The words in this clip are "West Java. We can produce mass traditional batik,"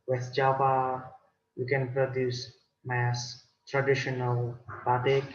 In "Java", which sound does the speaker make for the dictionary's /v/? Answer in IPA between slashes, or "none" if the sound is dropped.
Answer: /p/